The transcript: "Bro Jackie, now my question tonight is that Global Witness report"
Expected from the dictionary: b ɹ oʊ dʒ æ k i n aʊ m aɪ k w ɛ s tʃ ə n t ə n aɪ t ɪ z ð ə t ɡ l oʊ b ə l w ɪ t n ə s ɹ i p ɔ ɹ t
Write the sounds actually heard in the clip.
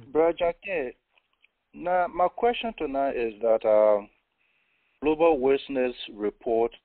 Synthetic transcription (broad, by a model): b ɹ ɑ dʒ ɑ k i n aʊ m aɪ k w ɛ s tʃ ə n t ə n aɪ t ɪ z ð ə t ɡ l oʊ b ə l w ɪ s n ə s ɹ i p ɔ t